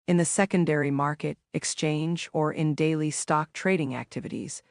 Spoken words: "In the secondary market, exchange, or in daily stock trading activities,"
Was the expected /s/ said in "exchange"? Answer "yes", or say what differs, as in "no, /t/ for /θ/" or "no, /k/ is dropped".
yes